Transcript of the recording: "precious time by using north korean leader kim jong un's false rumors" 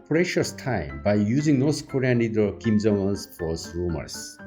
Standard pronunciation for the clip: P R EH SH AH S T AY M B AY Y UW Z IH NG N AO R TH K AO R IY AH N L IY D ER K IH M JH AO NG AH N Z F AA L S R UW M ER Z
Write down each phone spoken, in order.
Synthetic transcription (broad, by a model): P R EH SH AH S T AY M B AY Y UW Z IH NG N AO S K AO R IY AH N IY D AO K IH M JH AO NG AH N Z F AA S R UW M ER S